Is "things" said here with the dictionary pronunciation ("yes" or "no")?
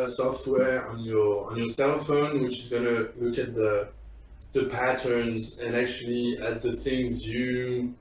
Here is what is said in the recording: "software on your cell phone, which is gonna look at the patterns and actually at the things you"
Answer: yes